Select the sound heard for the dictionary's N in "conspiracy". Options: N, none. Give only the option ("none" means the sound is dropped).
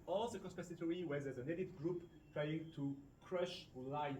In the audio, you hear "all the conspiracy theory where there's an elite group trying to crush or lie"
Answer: none